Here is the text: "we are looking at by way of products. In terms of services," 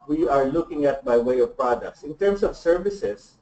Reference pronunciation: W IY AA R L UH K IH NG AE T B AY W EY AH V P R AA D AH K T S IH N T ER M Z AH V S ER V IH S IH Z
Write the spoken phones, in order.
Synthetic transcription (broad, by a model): W IY AA R L UH K IH NG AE T B AY W EY AH V P R AA D AH K T S IH N T ER M S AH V S ER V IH S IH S